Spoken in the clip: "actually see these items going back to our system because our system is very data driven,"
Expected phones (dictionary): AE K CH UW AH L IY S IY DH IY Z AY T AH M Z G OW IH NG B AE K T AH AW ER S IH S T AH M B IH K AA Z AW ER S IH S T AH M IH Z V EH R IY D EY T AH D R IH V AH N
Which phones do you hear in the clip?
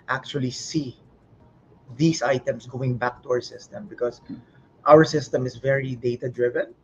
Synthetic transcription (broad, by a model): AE K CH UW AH L IY S IY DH IY S AY T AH M S G OW IH NG B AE K T AH AW ER S IH S T AH M B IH K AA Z AW ER S IH S T AH M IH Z V EH R IY D EY T AH D R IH V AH N